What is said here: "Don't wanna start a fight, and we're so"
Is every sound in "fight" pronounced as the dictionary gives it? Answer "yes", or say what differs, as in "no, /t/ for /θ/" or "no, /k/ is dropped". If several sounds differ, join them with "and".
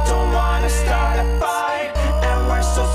no, /t/ is dropped